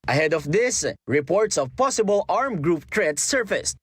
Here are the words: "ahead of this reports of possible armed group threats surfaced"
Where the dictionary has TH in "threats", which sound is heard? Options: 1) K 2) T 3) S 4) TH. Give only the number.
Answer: 2